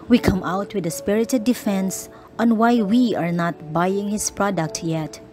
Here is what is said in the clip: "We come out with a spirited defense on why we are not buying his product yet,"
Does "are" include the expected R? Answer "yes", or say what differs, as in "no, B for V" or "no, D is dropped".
yes